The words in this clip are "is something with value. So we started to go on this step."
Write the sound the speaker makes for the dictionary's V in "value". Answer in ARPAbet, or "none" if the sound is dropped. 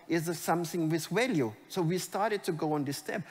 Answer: W